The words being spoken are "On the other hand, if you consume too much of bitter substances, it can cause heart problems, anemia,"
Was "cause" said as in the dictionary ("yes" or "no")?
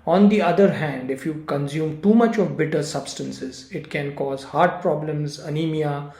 yes